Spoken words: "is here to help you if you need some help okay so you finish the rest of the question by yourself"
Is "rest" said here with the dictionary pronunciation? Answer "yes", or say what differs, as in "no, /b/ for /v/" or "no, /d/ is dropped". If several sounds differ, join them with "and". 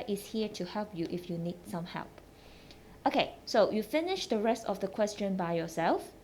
yes